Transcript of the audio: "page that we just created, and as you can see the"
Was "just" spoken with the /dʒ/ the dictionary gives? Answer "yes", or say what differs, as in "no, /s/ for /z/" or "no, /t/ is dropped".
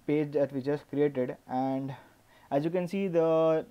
no, /tʃ/ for /dʒ/